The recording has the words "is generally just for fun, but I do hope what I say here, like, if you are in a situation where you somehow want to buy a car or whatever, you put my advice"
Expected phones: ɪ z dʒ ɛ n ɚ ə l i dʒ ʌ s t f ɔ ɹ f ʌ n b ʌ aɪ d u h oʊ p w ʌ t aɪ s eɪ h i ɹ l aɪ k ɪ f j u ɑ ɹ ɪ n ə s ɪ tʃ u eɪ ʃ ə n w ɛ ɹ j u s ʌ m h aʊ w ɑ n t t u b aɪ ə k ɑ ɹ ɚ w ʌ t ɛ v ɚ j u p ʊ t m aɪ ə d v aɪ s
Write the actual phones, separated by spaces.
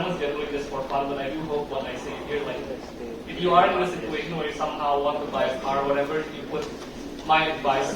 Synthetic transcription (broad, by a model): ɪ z dʒ ɛ n ɚ ə l i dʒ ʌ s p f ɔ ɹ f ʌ l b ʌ aɪ d u h oʊ p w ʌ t aɪ s eɪ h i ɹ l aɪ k ɪ f j u ɑ ɹ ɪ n ə s ɪ tʃ u eɪ ʃ ə n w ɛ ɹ j u s ʌ m h aʊ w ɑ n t t u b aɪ ə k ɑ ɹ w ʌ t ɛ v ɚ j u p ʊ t m aɪ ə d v aɪ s